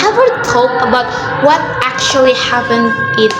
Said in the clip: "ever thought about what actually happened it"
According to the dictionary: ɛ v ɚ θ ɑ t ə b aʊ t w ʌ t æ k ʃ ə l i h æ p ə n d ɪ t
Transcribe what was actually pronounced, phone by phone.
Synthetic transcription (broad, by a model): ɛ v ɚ t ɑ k ə b aʊ t w ʌ t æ k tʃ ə l i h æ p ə n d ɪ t